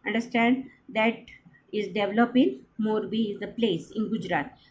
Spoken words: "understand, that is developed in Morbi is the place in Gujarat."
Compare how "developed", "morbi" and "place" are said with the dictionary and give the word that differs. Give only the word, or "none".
developed